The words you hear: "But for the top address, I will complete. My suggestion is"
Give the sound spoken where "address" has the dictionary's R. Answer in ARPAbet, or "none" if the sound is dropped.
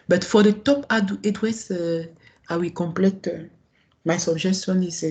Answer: W